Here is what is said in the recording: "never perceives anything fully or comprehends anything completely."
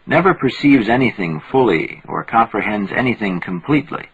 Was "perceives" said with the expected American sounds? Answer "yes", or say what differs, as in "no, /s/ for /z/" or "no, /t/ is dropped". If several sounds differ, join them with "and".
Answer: yes